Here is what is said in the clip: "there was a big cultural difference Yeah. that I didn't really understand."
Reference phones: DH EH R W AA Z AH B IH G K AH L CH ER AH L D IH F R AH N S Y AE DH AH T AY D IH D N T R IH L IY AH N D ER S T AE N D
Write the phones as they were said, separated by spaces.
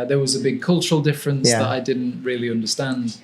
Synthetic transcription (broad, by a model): DH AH R W AA Z AH B IH G K AH L CH ER AH L D IH F R AH N S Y DH AH T AY D IH D N T R IH L IY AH N D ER S T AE N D